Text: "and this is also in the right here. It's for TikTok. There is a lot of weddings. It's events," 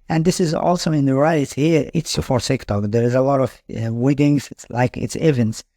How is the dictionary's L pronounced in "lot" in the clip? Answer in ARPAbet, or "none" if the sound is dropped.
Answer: L